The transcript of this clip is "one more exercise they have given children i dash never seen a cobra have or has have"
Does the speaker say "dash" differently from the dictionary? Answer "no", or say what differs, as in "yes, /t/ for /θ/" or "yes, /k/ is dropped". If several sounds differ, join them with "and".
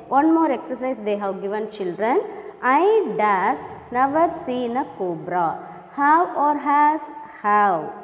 yes, /s/ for /ʃ/